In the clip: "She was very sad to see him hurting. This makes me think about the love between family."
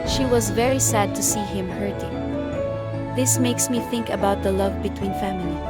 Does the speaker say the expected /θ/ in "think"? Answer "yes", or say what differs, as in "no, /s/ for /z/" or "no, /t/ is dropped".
yes